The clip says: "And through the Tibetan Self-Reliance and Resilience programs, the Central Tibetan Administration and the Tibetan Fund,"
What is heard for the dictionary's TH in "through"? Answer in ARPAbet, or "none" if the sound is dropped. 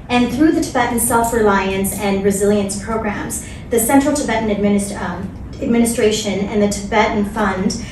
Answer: TH